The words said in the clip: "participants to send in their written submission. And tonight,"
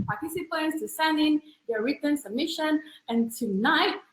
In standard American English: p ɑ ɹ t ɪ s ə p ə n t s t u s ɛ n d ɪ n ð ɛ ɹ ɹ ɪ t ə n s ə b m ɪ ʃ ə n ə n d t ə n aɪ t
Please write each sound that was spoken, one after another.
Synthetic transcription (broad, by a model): p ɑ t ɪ s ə p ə n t s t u s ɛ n ɪ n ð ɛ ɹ ɹ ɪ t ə n s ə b m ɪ ʃ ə n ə n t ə n aɪ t